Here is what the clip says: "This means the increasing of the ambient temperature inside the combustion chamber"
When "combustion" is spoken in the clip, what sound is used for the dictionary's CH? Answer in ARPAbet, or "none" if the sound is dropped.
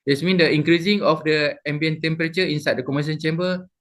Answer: none